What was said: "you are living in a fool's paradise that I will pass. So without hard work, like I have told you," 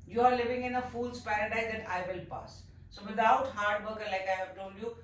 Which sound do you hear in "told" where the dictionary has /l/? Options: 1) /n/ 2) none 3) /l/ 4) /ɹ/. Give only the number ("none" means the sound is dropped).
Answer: 1